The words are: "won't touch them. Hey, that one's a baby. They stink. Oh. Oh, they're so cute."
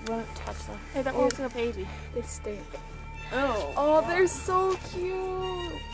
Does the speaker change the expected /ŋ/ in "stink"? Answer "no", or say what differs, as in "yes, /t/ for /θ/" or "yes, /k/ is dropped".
yes, /ŋ/ is dropped